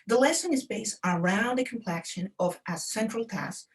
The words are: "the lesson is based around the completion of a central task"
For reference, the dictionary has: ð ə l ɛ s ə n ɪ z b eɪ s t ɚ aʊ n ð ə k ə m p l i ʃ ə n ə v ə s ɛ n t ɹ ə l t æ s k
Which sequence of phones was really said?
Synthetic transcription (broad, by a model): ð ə l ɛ s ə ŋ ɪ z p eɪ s ɚ aʊ n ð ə k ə m p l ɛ ʃ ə n ə v ə s ɛ n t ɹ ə l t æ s